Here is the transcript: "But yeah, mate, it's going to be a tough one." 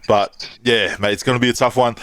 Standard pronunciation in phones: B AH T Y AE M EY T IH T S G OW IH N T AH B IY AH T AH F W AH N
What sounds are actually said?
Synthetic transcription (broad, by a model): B AH T Y AE M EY IH T S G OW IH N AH B IY AH T AH F W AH N